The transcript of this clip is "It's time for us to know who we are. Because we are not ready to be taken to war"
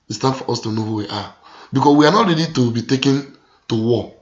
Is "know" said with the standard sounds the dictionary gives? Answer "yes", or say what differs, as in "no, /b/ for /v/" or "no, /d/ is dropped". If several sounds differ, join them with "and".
yes